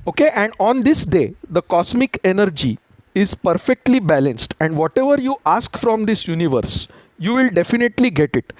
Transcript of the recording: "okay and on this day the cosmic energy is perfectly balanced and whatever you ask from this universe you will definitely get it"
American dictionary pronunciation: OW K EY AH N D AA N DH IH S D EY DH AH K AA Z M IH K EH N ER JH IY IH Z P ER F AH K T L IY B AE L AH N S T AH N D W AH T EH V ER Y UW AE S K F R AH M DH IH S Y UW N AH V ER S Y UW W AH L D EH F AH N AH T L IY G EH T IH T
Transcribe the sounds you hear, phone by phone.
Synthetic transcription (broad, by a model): OW K EY AH N D AA N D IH S D EY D AH K AA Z M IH K EH N ER JH IY IH Z P ER F AH K T L IY B AE L AH N S T AH N D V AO T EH V ER Y UW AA S K F R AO M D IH S Y UW N AH V ER S Y UW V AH L D EH F AH N AH T L IY G EH T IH T